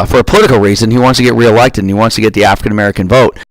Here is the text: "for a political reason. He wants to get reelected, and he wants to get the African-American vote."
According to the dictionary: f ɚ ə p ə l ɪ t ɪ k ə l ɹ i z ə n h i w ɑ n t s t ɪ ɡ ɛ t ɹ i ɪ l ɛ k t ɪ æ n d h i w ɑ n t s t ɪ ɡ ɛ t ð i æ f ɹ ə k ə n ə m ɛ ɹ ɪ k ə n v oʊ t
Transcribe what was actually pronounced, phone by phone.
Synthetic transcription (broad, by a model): f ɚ ə p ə l ɪ t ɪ k l ɹ i z ə n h i w ɑ n t s t ɪ ɡ ɛ t ɹ i ɪ l ɛ k t ɪ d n i w ɑ n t s t ɪ ɡ ɛ t ð i æ f ɹ ə k ə n ə m ɛ ɹ ɪ k ə n v oʊ t